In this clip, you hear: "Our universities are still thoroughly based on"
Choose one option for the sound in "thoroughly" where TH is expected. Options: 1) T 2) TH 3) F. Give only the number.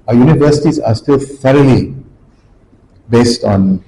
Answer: 3